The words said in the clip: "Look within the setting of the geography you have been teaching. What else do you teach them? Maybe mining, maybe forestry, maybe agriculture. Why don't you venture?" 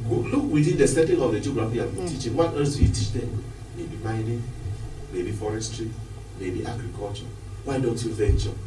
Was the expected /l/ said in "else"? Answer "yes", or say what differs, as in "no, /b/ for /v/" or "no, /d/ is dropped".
no, /l/ is dropped